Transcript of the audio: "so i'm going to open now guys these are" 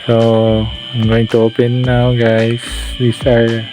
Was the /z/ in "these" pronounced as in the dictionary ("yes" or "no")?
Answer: no